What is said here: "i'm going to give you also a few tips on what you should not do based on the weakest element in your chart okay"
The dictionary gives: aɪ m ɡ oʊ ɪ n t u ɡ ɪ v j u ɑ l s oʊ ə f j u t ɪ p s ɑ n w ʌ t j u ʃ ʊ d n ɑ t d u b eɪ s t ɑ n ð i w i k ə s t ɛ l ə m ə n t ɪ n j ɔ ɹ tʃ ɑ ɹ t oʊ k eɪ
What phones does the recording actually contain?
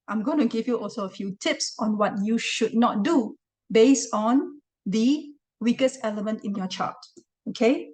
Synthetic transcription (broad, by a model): aɪ m ɡ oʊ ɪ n t u ɡ ɪ v j u ɑ l s oʊ ə f j u t ɪ p s ɑ n w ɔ t j u ʃ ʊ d n ɑ t d u b eɪ s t ɑ n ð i w i k ə s t ɛ l ə m ə n t ɪ n j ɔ tʃ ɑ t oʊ k eɪ